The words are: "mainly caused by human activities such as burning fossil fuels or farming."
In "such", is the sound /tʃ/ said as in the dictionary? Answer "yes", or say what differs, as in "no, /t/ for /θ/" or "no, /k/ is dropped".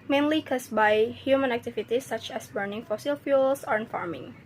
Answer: yes